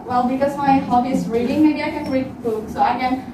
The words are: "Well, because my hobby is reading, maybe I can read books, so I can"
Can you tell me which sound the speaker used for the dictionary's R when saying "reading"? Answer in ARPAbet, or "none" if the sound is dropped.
R